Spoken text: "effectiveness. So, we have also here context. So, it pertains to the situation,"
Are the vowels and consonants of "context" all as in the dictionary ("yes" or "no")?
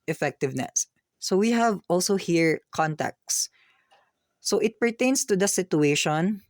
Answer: no